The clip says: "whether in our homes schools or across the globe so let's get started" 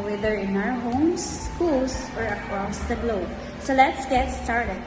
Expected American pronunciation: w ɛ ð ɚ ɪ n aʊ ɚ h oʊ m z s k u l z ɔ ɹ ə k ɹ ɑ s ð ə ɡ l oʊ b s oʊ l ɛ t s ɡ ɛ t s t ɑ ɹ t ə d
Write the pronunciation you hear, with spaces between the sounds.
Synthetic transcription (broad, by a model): w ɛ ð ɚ ɪ n aʊ ɚ h oʊ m s k u l s ɔ ɹ ə k ɹ ɑ s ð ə ɡ l oʊ b s oʊ l ɛ t s ɡ ɛ t s t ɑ ɹ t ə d